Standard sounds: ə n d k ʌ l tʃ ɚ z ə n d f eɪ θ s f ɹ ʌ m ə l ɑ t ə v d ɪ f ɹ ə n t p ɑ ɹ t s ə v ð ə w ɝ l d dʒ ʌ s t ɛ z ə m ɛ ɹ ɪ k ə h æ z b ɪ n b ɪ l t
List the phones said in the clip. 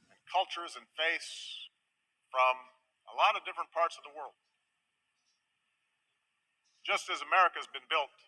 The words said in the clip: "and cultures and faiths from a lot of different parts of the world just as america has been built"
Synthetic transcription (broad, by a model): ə n k ʌ l tʃ ɚ z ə n f eɪ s f ɹ ʌ m ə l ɑ t ə v d ɪ f ɹ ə n p ɑ ɹ t s ə v ð ə w ɝ l d dʒ ʌ s t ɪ z ə m ɛ ɹ ɪ k ə z b ɪ n b ɪ l t